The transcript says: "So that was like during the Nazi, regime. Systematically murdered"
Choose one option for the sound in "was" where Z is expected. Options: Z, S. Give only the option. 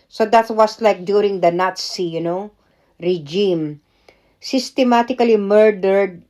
S